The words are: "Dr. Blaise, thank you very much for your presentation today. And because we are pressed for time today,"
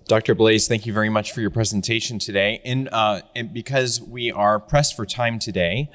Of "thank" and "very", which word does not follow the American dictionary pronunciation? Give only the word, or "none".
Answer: none